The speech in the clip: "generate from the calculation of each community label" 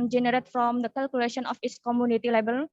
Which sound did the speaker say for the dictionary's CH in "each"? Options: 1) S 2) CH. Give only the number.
1